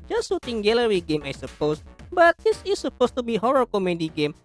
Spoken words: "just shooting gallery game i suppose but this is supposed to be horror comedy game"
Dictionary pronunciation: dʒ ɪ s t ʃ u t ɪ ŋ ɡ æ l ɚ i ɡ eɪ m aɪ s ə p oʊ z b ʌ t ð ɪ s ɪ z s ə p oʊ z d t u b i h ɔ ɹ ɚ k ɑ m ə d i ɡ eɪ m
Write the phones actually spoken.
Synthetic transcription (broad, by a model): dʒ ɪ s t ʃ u t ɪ ŋ ɡ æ l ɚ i ɡ eɪ m aɪ s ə p oʊ s b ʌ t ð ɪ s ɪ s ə p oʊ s t u b i h ɔ ɹ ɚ k ɑ m ə d i ɡ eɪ m